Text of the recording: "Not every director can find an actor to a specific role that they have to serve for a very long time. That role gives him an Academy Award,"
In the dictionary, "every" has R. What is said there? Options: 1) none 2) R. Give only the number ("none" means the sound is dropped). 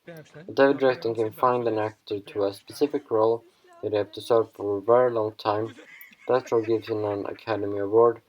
1